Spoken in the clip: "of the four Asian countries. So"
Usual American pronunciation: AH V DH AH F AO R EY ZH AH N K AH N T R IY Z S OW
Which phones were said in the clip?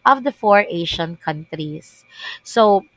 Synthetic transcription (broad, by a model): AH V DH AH F AO R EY SH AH N K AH N T R IY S S OW